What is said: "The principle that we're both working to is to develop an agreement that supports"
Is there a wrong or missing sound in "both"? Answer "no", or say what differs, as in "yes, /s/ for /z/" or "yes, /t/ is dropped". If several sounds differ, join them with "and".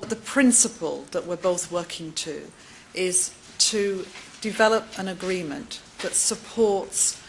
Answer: no